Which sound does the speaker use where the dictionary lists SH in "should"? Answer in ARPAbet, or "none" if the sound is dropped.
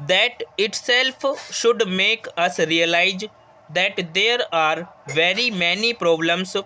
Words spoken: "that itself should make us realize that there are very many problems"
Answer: SH